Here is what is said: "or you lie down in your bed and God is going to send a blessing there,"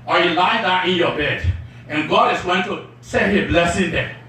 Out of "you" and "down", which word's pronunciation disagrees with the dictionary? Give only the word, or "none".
down